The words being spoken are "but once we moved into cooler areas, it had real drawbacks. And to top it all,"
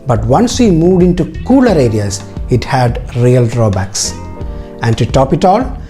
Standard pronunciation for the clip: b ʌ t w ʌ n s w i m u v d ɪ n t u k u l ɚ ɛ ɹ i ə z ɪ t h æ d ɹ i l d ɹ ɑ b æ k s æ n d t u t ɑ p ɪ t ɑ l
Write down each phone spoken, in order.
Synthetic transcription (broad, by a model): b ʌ t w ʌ n s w i m u v d ɪ n t u k u l ɚ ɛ ɹ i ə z ɪ t h æ d ɹ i l d ɹ ɑ b æ k s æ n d t u t ɑ p ɪ t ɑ l